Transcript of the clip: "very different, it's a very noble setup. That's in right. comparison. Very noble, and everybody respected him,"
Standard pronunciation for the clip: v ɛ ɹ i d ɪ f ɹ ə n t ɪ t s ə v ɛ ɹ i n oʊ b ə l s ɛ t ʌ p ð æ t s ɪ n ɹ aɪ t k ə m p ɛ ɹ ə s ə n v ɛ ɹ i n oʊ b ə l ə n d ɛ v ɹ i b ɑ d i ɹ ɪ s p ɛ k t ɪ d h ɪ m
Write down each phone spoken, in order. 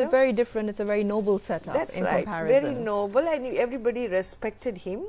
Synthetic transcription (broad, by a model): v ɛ ɹ i d ɪ f ɹ ə n t ɪ t s ə v ɛ ɹ i n oʊ b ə l s ɛ t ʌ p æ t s ɪ n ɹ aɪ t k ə p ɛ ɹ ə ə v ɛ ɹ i n oʊ b ə l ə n ɛ v ɹ i b ɑ d i ɹ ɪ s p ɛ k t ɪ d h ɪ m